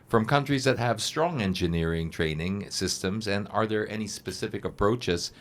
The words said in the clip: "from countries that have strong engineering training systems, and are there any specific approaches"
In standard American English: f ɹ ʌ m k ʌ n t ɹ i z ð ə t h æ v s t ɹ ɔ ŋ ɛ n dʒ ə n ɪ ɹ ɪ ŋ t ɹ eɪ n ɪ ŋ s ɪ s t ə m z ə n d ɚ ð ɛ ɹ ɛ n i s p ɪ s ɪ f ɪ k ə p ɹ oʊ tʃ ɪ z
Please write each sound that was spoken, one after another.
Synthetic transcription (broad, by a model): f ɹ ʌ m k ʌ n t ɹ i z ð ə t h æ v s t ɹ ɔ ŋ ɛ n dʒ ə n ɪ ɹ ɪ ŋ t ɹ eɪ n ɪ ŋ s ɪ s t ə m z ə n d ɚ ð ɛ ɹ ɛ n i s p ɪ s ɪ f ɪ k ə p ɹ oʊ tʃ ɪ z